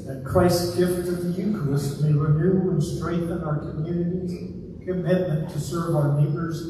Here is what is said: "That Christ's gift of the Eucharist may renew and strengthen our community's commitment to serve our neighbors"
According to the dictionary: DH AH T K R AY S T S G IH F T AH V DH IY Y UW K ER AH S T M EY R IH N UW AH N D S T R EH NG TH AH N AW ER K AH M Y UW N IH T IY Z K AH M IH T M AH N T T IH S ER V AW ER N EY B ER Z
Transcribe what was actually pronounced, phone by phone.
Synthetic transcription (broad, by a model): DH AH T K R AY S S G IH F T AH V DH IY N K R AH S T M EY R IH N UW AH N S T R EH NG TH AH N AW ER K AH M Y UW N IH T IY Z K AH M IH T M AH N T T IH S ER V AW ER N EY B ER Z